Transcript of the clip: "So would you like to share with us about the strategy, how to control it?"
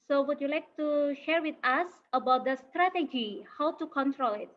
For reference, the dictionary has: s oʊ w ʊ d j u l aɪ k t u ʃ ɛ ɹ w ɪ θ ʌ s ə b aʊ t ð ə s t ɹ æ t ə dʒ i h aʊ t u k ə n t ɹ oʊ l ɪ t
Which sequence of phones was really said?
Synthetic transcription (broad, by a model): s oʊ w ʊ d j u l aɪ k t u ʃ ɛ ɹ w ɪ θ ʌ s ə b aʊ t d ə s t ɹ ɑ t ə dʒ i h aʊ t u k ə n t ɹ oʊ l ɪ t